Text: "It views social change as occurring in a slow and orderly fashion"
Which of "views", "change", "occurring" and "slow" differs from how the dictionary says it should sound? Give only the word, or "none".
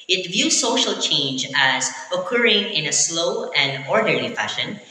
none